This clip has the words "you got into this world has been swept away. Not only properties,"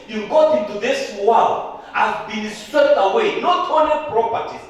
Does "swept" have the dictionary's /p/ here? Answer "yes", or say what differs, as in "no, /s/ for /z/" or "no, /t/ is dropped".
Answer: no, /p/ is dropped